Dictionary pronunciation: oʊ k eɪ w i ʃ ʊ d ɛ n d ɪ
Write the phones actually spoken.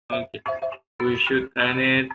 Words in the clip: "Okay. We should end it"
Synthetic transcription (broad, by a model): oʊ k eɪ w i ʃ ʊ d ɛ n ɪ